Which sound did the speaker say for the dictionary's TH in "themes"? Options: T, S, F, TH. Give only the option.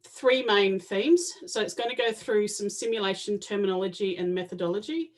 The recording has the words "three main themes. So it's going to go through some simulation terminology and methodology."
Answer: TH